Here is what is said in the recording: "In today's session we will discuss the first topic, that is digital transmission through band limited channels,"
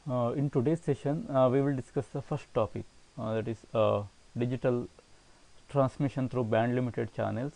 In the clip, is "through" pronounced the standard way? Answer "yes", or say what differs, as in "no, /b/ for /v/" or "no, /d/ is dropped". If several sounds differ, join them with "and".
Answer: no, /t/ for /θ/